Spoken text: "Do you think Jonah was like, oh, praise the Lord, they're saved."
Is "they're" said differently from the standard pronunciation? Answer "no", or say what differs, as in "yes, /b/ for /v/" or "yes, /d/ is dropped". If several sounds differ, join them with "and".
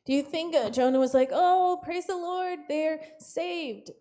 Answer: no